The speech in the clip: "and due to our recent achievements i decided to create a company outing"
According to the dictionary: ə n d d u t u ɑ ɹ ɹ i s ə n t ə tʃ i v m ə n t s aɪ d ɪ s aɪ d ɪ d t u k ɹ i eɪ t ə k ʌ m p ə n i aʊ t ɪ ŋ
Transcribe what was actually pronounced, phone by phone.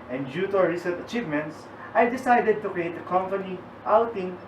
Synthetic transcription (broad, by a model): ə n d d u t u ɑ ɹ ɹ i s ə t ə tʃ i v m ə n t s aɪ d ɪ s aɪ d ɪ d t u k ɹ i eɪ t ə k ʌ m p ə n i aʊ t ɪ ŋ